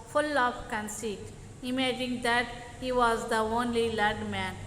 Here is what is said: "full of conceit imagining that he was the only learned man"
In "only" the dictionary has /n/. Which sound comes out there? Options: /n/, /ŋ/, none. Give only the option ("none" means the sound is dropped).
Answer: /n/